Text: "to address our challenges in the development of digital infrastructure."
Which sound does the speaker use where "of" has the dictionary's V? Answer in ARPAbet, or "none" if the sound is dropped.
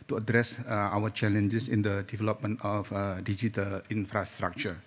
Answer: F